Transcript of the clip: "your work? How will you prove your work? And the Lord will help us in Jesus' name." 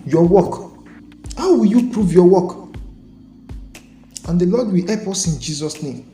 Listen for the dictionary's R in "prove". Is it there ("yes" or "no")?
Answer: yes